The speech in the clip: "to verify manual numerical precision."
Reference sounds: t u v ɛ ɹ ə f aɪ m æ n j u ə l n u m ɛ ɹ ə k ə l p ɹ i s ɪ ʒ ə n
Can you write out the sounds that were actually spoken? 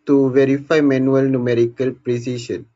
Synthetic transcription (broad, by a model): t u v ɛ ɹ ə f aɪ m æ n j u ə l n u m ɛ ɹ ə k ə l p ɹ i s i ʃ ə n